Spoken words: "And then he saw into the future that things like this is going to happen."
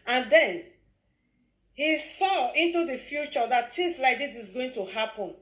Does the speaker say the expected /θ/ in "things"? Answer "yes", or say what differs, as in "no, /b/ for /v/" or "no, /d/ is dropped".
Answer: no, /t/ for /θ/